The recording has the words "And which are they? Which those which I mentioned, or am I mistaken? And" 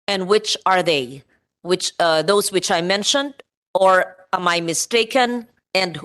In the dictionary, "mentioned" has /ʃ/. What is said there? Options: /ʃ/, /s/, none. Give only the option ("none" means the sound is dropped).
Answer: /ʃ/